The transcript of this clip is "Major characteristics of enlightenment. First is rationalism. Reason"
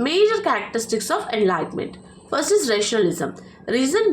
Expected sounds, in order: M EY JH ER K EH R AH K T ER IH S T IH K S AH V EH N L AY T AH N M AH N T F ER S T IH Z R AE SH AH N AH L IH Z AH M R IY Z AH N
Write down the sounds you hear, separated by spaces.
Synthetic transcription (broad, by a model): M EY JH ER K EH R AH K T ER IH S T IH K S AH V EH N L AY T M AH N T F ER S IH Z R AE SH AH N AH L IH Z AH M R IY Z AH N